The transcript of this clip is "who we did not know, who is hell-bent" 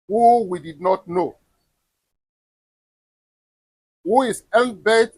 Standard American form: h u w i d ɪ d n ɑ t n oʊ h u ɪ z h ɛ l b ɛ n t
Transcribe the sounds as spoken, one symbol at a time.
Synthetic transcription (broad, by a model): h u w i d ɪ d n ɑ t n oʊ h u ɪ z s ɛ n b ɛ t